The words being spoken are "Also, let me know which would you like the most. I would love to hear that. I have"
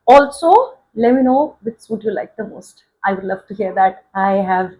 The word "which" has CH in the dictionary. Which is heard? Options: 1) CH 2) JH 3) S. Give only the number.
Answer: 3